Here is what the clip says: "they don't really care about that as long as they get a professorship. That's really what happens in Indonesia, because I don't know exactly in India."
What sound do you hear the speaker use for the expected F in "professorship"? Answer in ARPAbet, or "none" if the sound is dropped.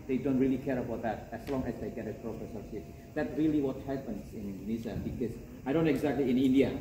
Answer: P